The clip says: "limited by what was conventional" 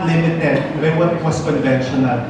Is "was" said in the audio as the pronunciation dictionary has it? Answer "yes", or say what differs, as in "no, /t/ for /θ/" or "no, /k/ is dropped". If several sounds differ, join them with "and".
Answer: no, /s/ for /z/